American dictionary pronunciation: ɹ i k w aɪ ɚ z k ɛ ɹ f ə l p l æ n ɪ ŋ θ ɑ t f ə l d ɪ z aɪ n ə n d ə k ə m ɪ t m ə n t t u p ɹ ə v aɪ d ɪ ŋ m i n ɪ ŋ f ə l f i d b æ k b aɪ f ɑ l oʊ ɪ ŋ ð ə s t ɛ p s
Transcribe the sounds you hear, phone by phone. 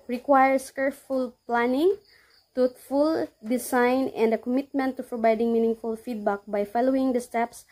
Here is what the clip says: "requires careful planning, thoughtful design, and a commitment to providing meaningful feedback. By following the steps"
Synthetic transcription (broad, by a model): ɹ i k w aɪ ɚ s k ɛ ɹ f ə l p l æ n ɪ ŋ t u f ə l d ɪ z aɪ n ə n d ə k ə m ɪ t m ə n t t u p ɹ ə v aɪ d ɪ ŋ m i n ɪ ŋ f ə l f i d b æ k b aɪ f ɑ l oʊ ɪ ŋ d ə s t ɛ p s